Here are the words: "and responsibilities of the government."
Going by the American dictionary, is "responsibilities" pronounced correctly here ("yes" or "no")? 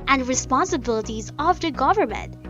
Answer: yes